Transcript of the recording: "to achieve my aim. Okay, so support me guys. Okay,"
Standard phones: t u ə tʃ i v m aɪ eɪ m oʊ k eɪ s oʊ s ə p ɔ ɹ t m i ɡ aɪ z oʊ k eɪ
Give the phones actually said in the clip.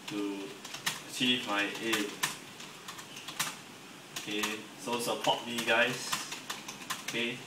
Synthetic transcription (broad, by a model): t u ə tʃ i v m aɪ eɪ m oʊ k eɪ s oʊ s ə p ɔ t m i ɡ aɪ s oʊ k eɪ